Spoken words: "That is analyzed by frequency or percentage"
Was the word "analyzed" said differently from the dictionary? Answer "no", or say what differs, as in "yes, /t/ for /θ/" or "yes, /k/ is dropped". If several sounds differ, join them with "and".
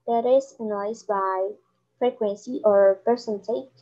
yes, /l/ is dropped